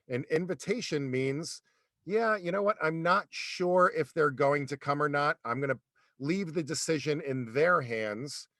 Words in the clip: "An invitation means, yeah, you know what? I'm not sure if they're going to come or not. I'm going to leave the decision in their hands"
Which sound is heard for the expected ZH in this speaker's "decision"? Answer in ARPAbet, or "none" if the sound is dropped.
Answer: ZH